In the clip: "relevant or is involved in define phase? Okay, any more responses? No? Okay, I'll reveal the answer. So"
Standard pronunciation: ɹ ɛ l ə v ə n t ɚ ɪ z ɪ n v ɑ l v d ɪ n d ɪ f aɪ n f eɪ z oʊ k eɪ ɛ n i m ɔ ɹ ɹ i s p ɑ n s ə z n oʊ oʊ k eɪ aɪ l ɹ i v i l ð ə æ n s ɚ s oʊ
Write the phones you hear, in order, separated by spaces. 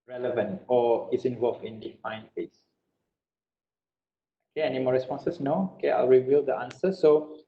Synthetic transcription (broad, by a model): ɹ ɛ l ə v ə n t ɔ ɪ s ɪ n v ɑ l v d ɪ n d ɪ f aɪ n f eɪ s oʊ k eɪ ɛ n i m ɔ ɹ ɹ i s p ɑ n s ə s n oʊ oʊ k eɪ aɪ l ɹ i v i l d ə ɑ n s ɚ s oʊ